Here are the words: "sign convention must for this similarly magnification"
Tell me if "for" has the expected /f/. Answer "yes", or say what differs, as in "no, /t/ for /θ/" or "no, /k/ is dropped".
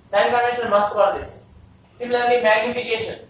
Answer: no, /p/ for /f/